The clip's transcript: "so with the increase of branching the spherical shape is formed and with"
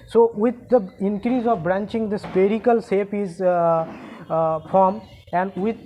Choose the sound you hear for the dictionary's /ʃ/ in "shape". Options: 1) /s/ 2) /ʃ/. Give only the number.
1